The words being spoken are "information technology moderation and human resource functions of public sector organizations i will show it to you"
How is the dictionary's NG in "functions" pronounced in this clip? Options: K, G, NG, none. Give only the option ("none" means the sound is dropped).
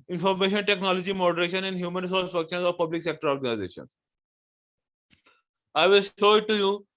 none